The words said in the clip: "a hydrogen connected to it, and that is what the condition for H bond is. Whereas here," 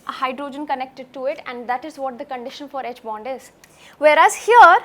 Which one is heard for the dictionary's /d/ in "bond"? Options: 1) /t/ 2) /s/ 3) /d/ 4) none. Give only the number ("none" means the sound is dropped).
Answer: 3